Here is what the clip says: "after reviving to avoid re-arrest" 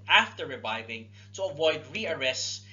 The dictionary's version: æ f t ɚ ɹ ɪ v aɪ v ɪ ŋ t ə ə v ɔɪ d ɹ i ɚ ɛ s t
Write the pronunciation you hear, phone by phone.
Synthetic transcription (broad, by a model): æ f t ɚ ɹ ɪ v aɪ v ɪ ŋ t ə ə v ɔɪ d ɹ i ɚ ɛ s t